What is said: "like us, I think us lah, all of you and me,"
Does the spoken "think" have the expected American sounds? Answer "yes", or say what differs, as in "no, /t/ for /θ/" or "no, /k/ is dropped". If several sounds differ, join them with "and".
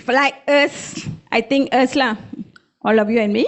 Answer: no, /t/ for /θ/